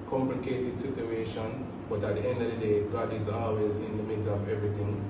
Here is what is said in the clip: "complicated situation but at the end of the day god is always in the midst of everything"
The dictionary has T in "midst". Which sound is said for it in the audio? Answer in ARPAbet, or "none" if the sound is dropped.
none